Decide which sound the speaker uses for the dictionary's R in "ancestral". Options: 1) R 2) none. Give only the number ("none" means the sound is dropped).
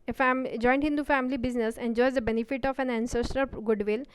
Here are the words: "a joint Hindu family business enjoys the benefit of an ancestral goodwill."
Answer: 2